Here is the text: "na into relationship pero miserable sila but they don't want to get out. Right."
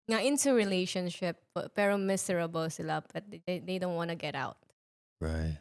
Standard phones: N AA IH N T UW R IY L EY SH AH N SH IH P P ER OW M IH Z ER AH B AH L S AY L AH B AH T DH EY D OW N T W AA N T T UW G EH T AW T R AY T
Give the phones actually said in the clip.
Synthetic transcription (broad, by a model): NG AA IH N T UW R IY L EY SH AH N SH IH P P ER OW M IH S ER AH B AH L S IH L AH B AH T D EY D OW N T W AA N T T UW G EH T AW T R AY T